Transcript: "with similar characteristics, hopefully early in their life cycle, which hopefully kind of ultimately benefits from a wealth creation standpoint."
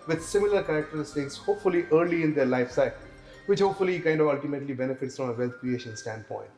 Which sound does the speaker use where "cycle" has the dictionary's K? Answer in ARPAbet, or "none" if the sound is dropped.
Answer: none